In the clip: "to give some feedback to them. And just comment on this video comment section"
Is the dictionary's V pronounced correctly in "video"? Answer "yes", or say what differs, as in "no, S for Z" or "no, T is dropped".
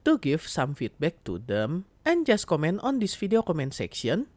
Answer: no, F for V